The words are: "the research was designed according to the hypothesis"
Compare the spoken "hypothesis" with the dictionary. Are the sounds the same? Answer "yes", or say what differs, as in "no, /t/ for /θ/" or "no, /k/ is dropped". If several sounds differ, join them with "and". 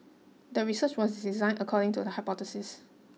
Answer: no, /t/ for /θ/